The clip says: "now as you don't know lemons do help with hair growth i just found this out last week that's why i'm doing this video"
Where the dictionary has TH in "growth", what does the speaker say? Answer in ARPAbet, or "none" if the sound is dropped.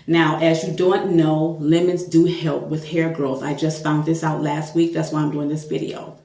TH